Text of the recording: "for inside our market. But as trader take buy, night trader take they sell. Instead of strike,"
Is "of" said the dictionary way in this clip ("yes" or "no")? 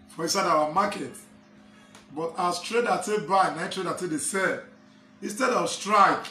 no